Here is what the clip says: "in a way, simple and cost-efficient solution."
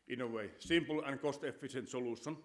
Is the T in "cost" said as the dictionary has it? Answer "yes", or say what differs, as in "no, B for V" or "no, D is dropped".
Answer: yes